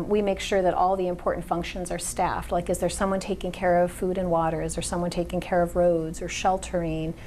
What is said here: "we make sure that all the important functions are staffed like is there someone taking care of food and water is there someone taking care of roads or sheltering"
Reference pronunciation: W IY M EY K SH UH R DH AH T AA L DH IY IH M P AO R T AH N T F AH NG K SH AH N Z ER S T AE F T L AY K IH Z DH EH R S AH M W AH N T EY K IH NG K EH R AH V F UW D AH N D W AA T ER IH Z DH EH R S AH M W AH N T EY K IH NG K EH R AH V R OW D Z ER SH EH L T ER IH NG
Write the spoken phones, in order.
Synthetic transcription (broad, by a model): W IY M EY K SH UH R DH AH T AA L DH IY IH M P AO R T N T F AH NG K SH AH N Z ER S T AE F T L AY K IH Z DH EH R S AH M W AH N T EY K IH NG K EH R AH V F UW D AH N W AA T ER IH Z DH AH R S AH M W AH N T EY K IH NG K EH R AH V R OW D Z ER SH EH L T ER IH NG